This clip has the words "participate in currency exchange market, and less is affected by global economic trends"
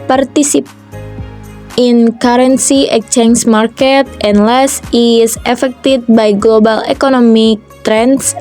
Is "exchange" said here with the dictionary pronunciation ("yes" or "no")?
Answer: no